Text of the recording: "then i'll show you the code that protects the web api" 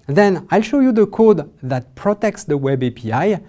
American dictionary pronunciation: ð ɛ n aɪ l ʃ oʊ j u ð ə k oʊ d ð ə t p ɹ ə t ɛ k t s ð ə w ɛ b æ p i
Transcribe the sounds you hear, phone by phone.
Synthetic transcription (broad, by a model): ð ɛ n aɪ l ʃ oʊ j u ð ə k oʊ d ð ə t p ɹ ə t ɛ k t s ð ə w ɛ b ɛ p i